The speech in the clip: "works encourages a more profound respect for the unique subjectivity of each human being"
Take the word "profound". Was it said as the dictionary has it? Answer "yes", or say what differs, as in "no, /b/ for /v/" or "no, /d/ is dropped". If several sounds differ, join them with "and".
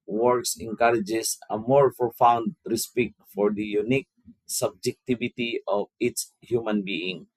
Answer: no, /ɹ/ is dropped